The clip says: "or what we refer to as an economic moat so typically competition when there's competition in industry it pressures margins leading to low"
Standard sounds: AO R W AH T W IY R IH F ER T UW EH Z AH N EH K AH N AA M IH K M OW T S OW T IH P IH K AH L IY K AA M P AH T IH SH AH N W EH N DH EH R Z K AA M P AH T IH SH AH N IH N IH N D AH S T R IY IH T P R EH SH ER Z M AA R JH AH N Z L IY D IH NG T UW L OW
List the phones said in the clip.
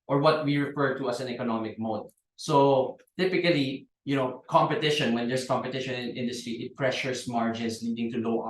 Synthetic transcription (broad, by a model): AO R W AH T W IY R IH F ER T UW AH S AH N EH K AH N AA M IH K M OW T S OW T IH P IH K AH L IY K AA M P AH T IH SH AH N W EH N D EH R S K AA M P AH T IH SH AH N IH N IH N D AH S T R IY IH T P R EH SH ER S M AA R JH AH N S L IY D IH NG T UW L OW